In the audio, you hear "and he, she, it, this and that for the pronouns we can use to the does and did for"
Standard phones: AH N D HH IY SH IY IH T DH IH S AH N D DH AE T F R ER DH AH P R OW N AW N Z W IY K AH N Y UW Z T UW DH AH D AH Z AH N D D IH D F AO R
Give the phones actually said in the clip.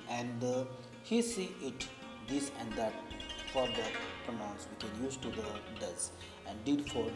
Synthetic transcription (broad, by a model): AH N D HH IY S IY IH T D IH S AH N D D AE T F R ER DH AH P R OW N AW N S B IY K AH N Y UW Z T UW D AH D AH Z AH N D D IH D F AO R